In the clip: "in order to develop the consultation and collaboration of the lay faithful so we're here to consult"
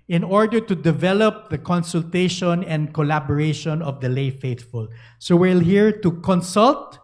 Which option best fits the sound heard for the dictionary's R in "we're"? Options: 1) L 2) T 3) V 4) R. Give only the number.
1